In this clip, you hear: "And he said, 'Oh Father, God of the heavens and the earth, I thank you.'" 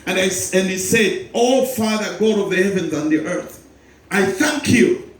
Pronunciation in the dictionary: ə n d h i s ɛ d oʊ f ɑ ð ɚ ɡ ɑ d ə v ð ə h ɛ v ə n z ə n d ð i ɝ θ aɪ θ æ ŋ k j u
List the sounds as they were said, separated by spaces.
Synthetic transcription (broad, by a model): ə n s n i s ɛ d oʊ f ɑ ð ɚ ɡ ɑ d ə v ð ə h ɛ v ə n z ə n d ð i ɝ θ aɪ θ æ ŋ k j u